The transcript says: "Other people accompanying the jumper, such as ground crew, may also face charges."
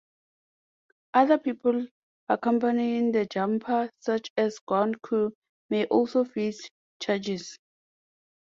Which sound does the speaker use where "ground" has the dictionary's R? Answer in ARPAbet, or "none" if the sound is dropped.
none